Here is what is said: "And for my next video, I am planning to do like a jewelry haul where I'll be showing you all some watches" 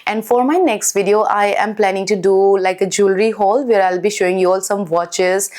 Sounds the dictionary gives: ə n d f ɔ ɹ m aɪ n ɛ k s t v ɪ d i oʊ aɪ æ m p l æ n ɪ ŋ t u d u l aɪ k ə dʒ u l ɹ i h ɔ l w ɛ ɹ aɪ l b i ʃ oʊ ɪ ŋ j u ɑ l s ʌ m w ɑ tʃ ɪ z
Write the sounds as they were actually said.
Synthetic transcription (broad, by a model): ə n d f ɔ ɹ m aɪ n ɛ k s t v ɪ d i oʊ aɪ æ m p l æ n ɪ ŋ t u d u l aɪ k ə dʒ u l ɹ i h ɔ l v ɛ ɹ aɪ l b i ʃ oʊ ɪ ŋ j u ɑ l s ʌ m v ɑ tʃ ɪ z